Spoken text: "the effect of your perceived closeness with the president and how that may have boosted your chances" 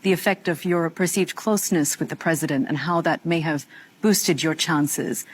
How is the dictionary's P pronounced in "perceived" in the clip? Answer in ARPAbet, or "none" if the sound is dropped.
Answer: P